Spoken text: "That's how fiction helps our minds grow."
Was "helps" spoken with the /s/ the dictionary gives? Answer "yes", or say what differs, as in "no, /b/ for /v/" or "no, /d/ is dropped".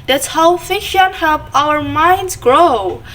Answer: no, /s/ is dropped